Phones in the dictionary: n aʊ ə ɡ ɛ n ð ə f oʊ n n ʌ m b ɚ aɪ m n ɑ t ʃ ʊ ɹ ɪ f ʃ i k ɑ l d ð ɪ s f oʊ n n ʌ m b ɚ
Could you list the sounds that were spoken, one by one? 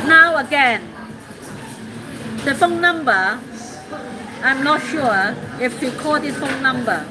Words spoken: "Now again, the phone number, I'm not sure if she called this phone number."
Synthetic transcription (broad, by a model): n aʊ ə ɡ ɛ n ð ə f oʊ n n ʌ m b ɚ aɪ m n ɑ t ʃ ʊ ɪ f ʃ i k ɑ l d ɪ f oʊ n n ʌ m b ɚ